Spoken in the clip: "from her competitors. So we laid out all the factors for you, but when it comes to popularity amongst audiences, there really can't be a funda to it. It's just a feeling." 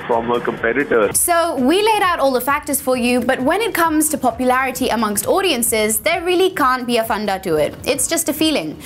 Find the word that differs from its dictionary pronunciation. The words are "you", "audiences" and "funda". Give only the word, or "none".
none